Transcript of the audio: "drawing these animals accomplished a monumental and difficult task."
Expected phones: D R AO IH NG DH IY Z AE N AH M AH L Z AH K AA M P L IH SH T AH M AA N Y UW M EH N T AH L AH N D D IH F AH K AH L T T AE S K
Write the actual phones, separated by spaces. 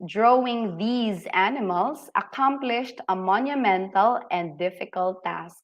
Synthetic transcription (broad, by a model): D R AO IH NG DH IY Z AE N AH M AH L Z AH K AA M P L IH SH T AH M AA N Y UW M EH N T AH L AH N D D IH F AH K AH L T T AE S K